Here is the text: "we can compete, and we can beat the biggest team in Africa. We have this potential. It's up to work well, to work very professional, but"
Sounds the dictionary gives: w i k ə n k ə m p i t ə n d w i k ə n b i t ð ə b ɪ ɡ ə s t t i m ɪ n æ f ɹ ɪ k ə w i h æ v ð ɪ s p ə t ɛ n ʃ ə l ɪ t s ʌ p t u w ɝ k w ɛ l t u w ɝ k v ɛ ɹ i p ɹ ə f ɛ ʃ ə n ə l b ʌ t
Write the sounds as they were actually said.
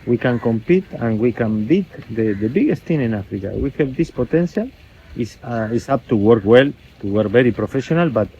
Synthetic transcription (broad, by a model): w i k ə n k ə m p i t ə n w i k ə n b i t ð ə b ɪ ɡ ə s t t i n ɪ n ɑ f ɹ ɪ k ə w i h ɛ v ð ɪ s p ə t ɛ n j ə l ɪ s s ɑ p t u w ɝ k w ɛ l t u w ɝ k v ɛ ɹ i p ɹ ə f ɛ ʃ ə n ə l b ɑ t